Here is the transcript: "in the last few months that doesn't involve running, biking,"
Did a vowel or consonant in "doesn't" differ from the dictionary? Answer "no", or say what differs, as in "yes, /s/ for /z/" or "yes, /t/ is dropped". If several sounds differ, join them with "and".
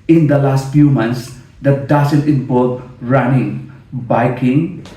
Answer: yes, /s/ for /z/